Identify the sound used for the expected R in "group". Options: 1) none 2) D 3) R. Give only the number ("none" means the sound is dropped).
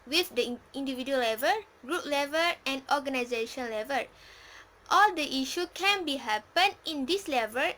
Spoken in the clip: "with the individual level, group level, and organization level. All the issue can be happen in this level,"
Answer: 3